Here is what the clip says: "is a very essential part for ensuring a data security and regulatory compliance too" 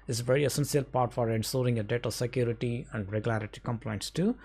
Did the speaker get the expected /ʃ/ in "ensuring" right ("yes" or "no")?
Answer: no